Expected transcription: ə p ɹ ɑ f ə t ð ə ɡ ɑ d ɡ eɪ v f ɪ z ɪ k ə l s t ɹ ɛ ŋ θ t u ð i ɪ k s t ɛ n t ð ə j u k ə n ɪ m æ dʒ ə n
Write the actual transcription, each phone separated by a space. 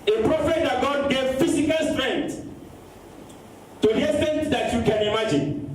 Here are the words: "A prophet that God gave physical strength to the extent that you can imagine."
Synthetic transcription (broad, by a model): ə p ɹ ɑ f ə t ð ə ɡ ɑ d ɡ eɪ v f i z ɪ k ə l s t ɹ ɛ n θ t u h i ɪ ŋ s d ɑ t j u k ə n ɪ m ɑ dʒ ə n